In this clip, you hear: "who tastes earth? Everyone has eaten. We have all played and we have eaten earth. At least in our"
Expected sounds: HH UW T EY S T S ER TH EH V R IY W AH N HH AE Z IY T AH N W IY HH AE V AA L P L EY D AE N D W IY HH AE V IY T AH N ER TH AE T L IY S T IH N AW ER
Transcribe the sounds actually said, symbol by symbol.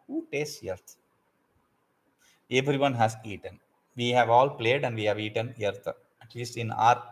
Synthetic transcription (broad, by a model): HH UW T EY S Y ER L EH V R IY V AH N HH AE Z IY T AH N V IY HH AE V AA L P L EY D AE N D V IY HH AE V IY T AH N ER T AE T L IY S T IH N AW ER